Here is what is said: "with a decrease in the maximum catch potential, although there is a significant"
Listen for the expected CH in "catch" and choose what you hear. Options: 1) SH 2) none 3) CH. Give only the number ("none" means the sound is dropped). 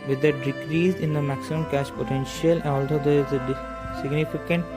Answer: 1